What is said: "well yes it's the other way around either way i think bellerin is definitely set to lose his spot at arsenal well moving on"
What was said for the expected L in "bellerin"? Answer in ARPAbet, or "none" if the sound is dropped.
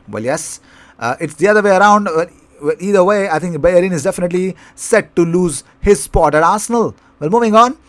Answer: none